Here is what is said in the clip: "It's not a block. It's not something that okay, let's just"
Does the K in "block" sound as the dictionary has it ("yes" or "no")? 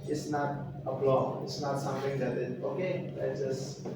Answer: no